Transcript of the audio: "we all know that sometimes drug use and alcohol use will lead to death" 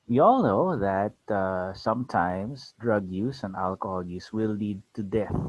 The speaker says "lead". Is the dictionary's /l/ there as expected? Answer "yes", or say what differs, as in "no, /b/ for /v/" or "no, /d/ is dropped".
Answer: yes